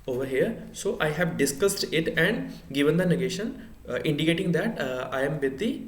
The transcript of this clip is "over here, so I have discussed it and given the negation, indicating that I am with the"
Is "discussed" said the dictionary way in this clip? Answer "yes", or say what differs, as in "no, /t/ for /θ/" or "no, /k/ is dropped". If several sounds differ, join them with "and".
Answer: yes